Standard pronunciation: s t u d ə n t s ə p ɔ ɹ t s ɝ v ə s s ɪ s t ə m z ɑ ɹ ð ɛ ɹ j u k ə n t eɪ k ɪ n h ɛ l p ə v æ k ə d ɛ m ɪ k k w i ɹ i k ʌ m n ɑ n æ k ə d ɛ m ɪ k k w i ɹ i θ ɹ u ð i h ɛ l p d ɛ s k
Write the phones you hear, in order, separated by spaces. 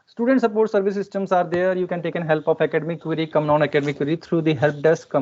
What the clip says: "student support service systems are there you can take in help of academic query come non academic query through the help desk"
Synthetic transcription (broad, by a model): s t u d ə n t s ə p ɔ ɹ t s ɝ v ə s s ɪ s t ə m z ɑ ɹ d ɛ ɹ j u k ə n t eɪ k ɪ n h ɛ l p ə f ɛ k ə d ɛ m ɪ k k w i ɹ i k ʌ m n ɑ n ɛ k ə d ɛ m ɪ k k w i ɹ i t ɹ u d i h ɛ l p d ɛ s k